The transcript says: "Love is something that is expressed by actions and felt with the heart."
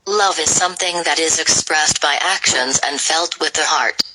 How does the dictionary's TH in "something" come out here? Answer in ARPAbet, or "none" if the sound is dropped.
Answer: TH